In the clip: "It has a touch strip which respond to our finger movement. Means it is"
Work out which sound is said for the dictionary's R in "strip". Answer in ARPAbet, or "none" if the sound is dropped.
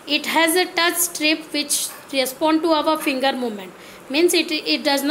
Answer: R